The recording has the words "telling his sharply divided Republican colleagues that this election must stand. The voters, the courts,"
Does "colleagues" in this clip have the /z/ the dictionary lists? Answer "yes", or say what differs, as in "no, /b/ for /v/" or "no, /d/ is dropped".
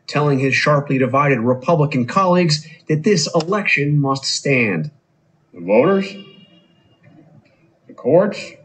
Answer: yes